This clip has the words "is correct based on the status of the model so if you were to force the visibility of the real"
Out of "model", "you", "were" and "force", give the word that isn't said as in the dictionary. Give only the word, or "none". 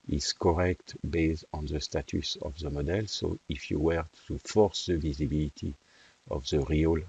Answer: none